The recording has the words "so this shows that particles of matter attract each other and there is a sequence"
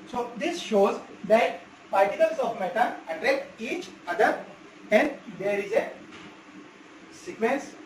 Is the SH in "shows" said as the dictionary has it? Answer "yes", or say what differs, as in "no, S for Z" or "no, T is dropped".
yes